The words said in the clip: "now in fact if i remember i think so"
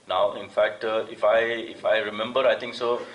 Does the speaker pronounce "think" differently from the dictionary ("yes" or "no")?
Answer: yes